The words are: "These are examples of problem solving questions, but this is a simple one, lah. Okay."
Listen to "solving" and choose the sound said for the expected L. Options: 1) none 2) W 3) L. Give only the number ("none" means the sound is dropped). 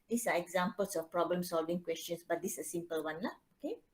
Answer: 3